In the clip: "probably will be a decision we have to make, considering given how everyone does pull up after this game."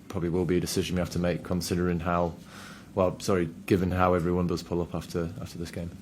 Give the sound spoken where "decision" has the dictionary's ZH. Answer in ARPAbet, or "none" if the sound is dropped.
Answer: ZH